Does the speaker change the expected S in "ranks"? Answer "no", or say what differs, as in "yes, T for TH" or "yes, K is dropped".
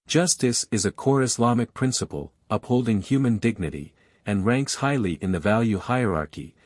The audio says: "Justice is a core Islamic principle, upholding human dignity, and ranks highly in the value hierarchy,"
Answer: no